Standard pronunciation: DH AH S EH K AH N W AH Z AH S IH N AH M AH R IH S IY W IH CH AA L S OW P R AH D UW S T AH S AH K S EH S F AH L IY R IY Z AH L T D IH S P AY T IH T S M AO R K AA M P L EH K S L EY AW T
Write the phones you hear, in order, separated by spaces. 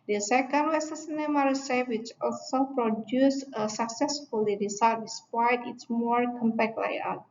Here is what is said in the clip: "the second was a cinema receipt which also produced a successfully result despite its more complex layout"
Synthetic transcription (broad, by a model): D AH S EH K AH N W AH S AH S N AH M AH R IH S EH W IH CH AA L S OW P R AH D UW S AH S AH K S EH S F AH L IY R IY S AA T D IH S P AY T IH T S M AO R K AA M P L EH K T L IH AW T